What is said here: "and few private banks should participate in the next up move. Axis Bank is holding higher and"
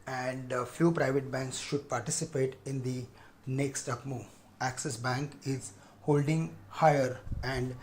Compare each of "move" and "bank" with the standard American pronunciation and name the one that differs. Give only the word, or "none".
move